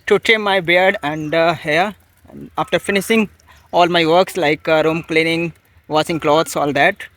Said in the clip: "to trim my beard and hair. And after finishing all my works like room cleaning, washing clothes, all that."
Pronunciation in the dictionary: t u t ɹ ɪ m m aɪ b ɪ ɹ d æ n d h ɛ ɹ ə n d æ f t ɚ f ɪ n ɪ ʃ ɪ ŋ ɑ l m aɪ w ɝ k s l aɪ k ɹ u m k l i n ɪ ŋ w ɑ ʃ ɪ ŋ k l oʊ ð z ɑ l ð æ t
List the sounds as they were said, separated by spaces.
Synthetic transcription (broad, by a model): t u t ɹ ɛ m m aɪ b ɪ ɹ d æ n d h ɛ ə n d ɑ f t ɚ f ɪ n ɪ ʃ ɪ ŋ ɑ l m aɪ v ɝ k s l aɪ k ɹ u m k l i n ɪ ŋ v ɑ s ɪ ŋ k l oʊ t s ɑ l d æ t